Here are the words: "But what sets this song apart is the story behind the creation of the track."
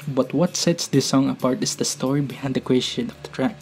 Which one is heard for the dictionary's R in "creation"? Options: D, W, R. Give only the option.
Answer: W